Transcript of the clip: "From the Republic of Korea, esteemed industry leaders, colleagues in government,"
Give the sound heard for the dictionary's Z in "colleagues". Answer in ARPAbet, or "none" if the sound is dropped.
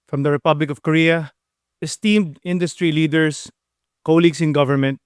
S